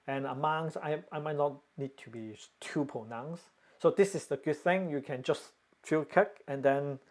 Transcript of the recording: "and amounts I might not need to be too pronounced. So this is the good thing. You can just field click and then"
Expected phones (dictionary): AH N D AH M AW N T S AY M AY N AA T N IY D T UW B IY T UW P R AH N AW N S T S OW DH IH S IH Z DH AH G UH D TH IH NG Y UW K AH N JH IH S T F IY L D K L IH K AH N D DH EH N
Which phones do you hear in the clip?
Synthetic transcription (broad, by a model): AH N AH M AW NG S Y AY M AY N AA T N IY D T UW B IY T UW P AH N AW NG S S OW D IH S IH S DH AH G UH D TH IH NG Y UW K AH N JH IH S T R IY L K IH K AH N D EH N